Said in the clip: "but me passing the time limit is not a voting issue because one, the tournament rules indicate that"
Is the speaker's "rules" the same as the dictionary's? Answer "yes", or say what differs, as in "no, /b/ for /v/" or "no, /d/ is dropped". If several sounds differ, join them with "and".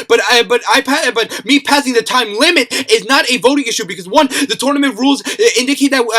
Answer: yes